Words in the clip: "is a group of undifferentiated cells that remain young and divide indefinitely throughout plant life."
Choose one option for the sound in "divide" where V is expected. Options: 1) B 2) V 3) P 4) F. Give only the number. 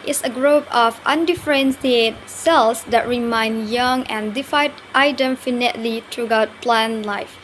4